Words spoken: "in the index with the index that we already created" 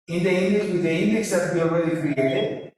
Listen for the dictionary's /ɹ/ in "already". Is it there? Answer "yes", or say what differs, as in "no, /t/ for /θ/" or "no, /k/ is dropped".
no, /w/ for /ɹ/